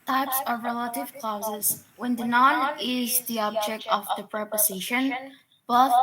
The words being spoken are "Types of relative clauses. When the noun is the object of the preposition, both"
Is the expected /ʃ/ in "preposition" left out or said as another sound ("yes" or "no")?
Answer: no